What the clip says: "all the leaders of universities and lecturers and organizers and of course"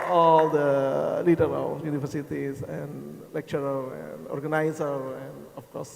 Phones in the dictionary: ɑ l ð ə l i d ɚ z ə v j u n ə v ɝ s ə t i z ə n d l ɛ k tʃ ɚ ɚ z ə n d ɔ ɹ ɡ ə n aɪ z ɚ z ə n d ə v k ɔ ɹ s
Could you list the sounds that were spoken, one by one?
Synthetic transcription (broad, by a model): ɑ l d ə l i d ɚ ə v j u n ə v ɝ s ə t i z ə n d l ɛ k tʃ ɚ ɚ ə n d ɔ ɹ ɡ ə n aɪ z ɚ ə n d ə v k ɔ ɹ s